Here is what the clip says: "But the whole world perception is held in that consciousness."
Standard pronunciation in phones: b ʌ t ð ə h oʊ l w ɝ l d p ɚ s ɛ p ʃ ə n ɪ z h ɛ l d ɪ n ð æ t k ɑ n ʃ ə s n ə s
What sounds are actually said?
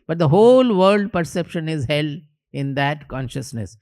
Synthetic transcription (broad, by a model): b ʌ t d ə h oʊ l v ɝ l d p ɚ s ɛ p ʃ ə n ɪ z h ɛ l ɪ n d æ t k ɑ n ʃ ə s n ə s